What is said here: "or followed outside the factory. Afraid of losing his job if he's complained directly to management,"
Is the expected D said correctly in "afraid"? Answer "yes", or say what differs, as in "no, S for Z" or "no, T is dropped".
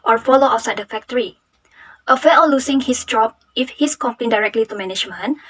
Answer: no, D is dropped